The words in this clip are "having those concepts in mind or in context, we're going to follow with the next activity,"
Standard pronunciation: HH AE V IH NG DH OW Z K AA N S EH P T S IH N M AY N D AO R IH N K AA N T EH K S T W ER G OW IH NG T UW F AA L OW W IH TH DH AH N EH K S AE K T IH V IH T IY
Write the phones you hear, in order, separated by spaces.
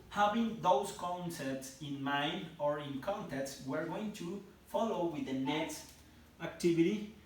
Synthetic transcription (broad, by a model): HH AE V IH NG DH OW S K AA N S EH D T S IH N M AY N D AO R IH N K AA N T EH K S W ER G OW IH NG T UW F AA L OW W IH DH AH N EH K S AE K T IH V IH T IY